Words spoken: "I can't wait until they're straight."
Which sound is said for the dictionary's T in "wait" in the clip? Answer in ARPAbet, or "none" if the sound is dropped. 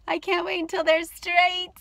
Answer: none